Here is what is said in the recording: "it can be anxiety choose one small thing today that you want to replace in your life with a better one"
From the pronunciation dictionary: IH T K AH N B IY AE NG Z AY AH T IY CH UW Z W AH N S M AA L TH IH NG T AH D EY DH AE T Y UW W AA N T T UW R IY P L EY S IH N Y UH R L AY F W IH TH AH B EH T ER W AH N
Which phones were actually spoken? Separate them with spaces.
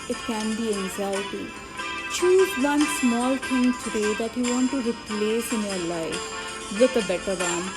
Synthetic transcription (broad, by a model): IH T K AH N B IY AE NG Z AY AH T IY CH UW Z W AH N S M AA L T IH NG T AH D EY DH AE T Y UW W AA N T T UW R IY P L EY S IH N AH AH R L AY F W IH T AH B EH T ER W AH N